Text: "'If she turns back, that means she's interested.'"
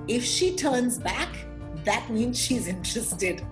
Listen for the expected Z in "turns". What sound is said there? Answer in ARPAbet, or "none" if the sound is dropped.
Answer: Z